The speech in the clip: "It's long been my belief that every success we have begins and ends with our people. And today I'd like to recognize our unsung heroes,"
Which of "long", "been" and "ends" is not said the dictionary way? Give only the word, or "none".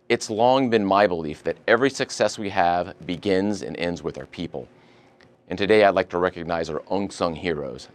none